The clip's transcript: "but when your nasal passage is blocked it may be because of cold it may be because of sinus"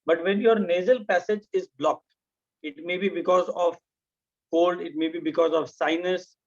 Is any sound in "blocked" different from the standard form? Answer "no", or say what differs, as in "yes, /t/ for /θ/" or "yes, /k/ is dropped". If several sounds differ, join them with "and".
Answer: no